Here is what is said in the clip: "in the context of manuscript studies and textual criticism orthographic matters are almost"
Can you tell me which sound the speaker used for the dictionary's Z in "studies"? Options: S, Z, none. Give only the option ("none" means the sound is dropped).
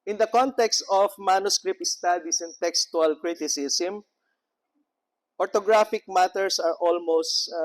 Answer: S